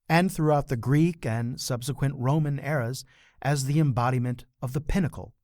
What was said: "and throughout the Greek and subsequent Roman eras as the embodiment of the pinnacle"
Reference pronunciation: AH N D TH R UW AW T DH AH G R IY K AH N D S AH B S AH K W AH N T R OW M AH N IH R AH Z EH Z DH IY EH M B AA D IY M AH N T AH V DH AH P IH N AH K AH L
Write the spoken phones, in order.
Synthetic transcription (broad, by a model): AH N TH R UW AW T DH AH G R IY K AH N S AH B S AH K W AH N T R OW M AH N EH R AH Z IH Z DH IY EH M B AA D IY M AH N T AH V DH AH P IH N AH K L